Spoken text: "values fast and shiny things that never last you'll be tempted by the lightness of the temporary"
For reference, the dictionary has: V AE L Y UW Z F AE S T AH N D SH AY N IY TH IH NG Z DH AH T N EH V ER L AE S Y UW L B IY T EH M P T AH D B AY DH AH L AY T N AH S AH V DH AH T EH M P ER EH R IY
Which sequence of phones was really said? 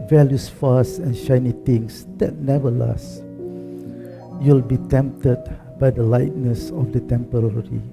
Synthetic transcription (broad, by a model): V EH L Y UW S F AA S AH N SH AY N IY T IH NG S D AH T N EH V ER L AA S Y UW L B IY T EH M P T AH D B AY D AH L AY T N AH S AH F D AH T EH M P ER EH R IY